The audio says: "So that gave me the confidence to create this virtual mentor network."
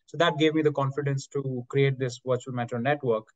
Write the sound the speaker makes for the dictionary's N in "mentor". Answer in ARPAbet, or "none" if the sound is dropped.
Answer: none